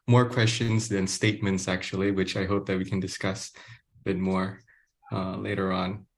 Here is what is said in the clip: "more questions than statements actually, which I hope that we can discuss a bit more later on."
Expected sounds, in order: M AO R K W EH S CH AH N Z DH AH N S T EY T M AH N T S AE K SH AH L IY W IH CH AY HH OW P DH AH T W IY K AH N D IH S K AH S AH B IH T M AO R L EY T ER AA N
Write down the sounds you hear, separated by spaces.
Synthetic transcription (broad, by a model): M AO R K W EH S CH AH N Z DH AH N S T EY T M AH N T S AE K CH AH L IY W IH CH AY HH OW P DH AH T W IY K AH N D IH S K AH S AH B IH T M AO R L EY T ER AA N